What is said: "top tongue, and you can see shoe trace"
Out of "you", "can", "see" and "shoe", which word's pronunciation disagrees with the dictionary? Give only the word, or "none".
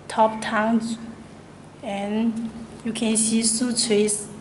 shoe